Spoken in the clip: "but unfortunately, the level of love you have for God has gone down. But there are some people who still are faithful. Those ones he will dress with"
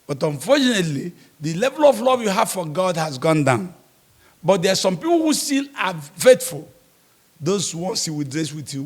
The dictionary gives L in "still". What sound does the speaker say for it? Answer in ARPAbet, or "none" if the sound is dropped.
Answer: N